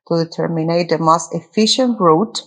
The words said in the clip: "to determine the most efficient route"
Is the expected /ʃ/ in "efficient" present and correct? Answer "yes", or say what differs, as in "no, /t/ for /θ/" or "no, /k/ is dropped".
yes